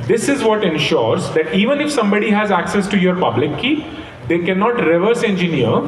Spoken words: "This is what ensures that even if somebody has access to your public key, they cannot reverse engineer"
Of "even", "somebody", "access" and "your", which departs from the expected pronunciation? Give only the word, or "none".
none